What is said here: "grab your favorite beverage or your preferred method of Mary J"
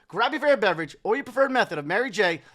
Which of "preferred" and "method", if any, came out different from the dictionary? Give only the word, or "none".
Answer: none